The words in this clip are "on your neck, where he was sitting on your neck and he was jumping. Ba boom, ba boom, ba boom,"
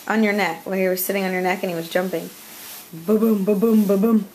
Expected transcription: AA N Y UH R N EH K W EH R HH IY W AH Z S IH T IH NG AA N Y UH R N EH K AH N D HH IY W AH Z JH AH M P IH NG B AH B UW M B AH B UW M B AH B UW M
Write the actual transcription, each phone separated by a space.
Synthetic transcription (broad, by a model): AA N Y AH R N EH K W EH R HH IY W AH Z S IH T IH NG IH N Y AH R N EH K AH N HH IY W AH Z JH AH M P IH NG B AH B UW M B AH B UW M B AH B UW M